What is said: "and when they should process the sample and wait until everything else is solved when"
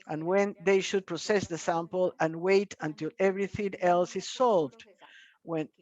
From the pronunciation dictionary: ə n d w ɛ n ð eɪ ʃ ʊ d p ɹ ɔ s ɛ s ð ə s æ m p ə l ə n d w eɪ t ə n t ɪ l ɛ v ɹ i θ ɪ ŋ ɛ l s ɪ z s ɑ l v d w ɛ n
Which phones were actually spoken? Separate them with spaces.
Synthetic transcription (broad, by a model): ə n w ɛ n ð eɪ ʃ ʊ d p ɹ ɔ s ɛ s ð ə s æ m p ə l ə n w eɪ t ə n t ɪ l ɛ v ɹ i θ ɪ ŋ ɛ l s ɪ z s ɑ l v d w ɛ n